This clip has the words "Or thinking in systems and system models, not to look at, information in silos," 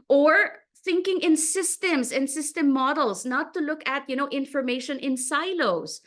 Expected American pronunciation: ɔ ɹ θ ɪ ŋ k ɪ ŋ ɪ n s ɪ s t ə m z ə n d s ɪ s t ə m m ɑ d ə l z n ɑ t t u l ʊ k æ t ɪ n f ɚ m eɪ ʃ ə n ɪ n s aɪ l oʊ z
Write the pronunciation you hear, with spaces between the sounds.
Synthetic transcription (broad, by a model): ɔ ɹ θ ɪ ŋ k ɪ ŋ ɪ n s ɪ s t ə m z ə n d s ɪ s t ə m m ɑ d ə l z n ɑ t t u l ʊ k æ t ɪ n f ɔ m eɪ ʃ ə n ɪ n s aɪ l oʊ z